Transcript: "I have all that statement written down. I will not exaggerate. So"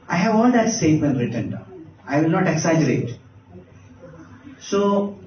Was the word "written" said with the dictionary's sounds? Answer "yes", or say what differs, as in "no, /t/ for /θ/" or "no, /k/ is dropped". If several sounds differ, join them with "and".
yes